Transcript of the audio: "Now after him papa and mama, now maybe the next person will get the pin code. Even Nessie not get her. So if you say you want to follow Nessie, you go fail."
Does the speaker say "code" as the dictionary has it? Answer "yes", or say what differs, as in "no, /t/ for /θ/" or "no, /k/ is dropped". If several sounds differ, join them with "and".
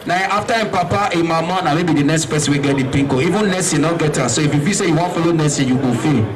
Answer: no, /d/ is dropped